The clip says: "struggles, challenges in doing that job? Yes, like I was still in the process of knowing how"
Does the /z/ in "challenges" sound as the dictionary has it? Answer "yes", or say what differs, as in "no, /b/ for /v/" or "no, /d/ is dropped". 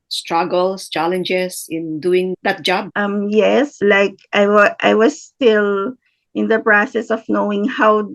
no, /s/ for /z/